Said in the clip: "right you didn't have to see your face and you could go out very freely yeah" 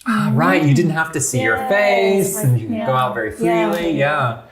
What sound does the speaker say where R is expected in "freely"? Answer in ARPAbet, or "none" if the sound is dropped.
L